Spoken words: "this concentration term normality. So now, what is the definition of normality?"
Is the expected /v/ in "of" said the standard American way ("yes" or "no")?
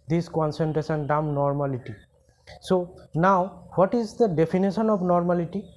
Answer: no